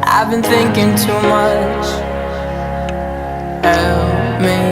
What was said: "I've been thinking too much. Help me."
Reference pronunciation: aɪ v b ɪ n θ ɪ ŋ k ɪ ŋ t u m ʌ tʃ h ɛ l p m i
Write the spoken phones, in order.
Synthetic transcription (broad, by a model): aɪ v b ɪ n θ ɪ ŋ k ɪ ŋ t u m ʌ tʃ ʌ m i